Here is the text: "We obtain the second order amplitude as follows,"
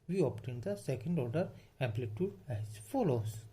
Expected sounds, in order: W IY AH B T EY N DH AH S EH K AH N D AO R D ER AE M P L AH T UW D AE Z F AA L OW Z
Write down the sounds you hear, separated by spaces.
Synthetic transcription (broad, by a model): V IY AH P T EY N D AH S EH K AH N D AO R D ER AE M P L AH T UW D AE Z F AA L OW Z